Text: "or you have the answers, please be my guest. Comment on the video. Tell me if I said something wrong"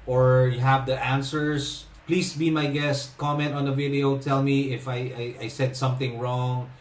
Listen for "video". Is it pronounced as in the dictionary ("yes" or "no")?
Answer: yes